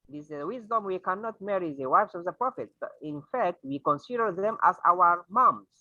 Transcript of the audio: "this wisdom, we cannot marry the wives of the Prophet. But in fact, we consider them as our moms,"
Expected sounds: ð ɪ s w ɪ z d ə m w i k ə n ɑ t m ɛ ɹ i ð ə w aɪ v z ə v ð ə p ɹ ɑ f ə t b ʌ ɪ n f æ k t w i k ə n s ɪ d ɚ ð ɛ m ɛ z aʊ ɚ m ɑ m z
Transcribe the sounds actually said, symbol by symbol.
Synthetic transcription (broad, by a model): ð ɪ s w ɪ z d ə m w i k ə n ɑ t m ɛ ɹ i ð ə w aɪ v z ə v ð ə p ɹ ɑ f ə t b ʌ ɪ n f æ k t w i k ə n s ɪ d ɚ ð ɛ m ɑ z aʊ ɚ m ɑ m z